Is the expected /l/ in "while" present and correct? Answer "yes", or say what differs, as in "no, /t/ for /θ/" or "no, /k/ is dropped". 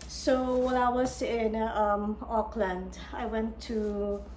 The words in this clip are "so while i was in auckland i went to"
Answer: no, /n/ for /l/